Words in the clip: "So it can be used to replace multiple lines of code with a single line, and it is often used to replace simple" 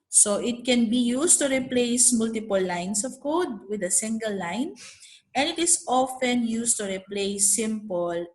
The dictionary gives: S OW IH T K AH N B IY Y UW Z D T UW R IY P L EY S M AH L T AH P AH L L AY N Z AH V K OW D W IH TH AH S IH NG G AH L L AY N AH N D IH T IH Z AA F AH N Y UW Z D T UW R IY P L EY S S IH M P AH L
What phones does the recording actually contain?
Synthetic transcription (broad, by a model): S OW IH T K AH N B IY Y UW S T UW R IY P L EY S M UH L T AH P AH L L AY N S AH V K OW D W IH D AH S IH NG G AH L L AY N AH N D IH T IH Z AA F AH N Y UW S T UW R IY P L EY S S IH M P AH L